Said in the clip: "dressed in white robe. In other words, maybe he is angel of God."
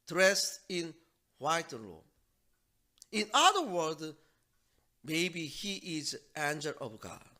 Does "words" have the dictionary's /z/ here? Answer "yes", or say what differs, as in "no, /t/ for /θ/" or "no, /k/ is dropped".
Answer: no, /z/ is dropped